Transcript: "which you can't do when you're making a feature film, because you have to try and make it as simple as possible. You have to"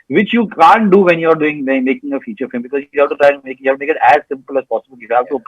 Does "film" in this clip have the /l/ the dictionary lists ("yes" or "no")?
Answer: no